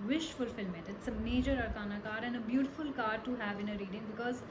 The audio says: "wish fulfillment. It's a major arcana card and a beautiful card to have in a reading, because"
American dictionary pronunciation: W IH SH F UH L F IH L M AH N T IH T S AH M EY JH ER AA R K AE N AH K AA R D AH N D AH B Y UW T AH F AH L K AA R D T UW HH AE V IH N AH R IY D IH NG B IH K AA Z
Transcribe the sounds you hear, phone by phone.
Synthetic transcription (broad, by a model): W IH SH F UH L F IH L M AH T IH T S AH M EY JH ER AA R K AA N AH K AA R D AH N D AH B Y UW T AH F AH L K AA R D T UW HH AE V IH N AH R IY D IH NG B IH K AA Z